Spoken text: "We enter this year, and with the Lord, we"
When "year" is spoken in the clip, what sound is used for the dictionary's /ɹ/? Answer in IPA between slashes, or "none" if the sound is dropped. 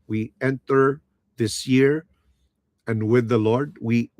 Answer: /ɹ/